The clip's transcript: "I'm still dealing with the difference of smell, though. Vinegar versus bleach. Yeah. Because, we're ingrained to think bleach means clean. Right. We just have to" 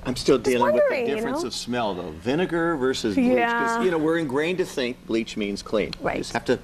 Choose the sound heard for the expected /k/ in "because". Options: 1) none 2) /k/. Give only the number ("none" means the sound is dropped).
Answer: 1